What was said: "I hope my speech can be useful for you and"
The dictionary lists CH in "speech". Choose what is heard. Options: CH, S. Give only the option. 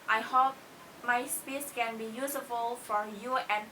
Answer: S